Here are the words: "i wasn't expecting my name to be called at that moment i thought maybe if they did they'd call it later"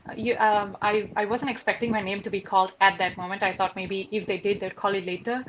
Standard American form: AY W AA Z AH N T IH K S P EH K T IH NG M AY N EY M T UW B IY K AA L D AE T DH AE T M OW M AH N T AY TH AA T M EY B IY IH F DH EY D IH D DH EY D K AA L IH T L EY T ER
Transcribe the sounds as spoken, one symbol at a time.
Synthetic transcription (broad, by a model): AY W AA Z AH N T IH K S P EH K T IH NG M AY N EY M T UW B IY K AA L D AE T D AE T M OW M AH N T AY T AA T M EY B IY IH F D EY D IH D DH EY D K AA L IH T L EY T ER